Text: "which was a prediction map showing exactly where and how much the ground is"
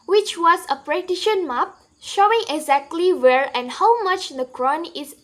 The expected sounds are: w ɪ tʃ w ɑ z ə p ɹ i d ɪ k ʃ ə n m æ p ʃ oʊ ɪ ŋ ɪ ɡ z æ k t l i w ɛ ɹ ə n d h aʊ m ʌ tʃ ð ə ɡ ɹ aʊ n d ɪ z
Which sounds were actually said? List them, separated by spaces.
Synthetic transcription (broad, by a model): w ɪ tʃ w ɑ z ə p ɹ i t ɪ ʃ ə n m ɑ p ʃ oʊ ɪ ŋ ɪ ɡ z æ k t l i w ɛ ɹ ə n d h aʊ m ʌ tʃ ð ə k ɹ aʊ n ɪ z